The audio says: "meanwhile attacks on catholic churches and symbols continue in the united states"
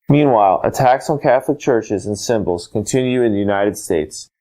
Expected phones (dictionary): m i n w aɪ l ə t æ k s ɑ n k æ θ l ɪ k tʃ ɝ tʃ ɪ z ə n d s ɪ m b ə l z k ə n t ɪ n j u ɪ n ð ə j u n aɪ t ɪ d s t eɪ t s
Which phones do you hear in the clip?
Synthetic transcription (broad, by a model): m i n w aɪ l ə t æ k s n k æ θ l ɪ k tʃ ɝ tʃ ɪ z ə n s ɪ m b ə l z k ə n t ɪ n j u ɪ n ð ə j u n aɪ t ɪ d s t eɪ t s